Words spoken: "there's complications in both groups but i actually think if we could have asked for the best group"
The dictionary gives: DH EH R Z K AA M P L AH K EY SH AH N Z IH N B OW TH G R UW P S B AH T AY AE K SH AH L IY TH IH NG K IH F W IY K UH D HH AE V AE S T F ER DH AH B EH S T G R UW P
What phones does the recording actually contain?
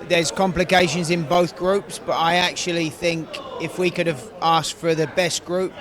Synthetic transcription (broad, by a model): DH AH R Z K AA M P L AH K EY SH AH N Z IH N B OW TH G R UW P S B AH T AY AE K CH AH L IY TH IH NG K IH F W IY K UH D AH V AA S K F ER DH AH B EH S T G R UW P